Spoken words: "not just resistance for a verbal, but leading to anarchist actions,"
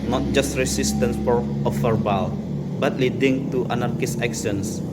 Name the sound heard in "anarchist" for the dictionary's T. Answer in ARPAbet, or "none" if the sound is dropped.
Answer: none